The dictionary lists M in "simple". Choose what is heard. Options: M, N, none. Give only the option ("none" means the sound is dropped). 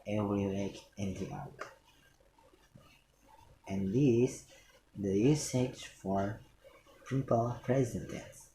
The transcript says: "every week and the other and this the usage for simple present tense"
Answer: none